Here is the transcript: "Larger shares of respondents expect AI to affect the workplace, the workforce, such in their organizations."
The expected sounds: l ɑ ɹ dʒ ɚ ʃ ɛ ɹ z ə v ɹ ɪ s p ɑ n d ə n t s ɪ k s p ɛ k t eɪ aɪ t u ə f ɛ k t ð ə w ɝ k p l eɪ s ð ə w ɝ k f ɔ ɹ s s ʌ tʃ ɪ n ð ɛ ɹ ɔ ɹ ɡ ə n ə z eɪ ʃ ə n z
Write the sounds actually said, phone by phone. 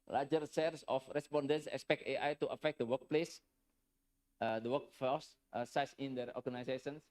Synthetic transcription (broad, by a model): l ɑ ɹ dʒ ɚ s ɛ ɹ s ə f ɹ ɪ s p ɑ n d ə n t s ɪ k s p ɛ k t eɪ aɪ t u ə f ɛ k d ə w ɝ k p l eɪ s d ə w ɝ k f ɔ s s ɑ s ɪ n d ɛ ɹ ɔ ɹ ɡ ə n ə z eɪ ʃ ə n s